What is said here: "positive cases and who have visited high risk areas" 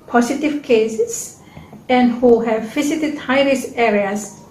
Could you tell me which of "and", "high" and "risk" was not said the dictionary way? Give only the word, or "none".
risk